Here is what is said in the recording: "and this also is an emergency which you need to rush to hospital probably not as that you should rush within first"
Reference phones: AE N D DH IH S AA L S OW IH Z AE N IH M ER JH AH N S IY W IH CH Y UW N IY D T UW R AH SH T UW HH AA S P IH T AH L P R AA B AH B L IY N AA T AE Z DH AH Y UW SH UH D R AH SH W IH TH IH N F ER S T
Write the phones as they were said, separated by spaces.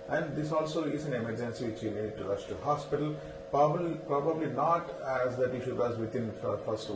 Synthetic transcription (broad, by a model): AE N D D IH S AA L S OW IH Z AE N IH M ER JH AH N S IY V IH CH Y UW N IY D T UW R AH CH T UW HH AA S P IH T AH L P R AA B AH B L IY N AA T AE Z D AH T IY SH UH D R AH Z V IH T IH N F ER S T